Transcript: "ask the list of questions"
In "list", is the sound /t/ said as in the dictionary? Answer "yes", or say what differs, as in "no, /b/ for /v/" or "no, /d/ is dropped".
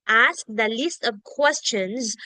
yes